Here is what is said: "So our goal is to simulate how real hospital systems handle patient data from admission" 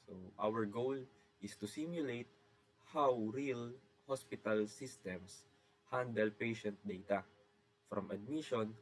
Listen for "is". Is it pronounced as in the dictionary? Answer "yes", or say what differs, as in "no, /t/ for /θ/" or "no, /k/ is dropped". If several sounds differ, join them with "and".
no, /s/ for /z/